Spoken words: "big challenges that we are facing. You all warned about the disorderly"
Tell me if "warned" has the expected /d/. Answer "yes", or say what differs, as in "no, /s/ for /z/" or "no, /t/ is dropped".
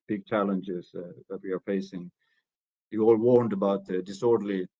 yes